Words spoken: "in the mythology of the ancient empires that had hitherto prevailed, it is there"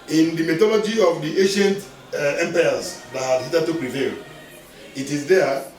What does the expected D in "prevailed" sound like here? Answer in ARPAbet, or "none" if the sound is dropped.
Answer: none